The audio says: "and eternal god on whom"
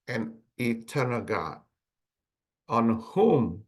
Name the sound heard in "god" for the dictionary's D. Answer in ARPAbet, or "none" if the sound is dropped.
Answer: none